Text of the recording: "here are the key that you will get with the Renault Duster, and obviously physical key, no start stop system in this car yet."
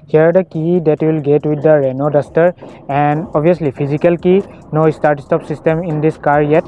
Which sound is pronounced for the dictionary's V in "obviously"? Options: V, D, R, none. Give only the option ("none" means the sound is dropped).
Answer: none